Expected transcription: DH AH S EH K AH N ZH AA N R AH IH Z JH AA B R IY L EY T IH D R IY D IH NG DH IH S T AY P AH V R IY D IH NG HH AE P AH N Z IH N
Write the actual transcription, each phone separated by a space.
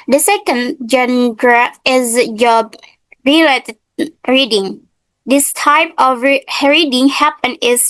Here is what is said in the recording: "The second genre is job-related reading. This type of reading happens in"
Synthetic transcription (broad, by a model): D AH S EH K AH N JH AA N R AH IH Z JH AA B R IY L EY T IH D R IY D IH NG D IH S T AY P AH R R IY D IH NG HH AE P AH N IH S